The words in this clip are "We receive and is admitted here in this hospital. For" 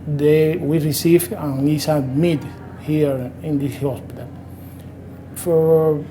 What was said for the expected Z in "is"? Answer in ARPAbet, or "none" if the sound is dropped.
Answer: S